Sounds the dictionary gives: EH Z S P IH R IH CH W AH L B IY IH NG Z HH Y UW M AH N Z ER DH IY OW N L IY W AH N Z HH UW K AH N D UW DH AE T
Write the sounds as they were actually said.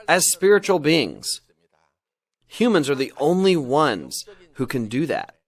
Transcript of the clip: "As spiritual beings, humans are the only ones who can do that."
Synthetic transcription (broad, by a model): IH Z S P IH R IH CH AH L B IY IH NG Z HH Y UW M AH N Z ER DH IY OW N L IY W AH N Z HH UW K AH N D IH DH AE T